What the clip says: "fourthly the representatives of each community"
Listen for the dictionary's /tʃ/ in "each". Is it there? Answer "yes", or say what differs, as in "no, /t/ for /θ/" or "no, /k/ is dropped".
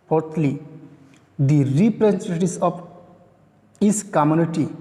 no, /s/ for /tʃ/